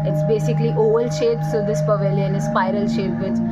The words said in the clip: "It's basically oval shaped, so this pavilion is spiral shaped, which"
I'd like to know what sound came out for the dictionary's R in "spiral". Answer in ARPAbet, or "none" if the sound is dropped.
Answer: R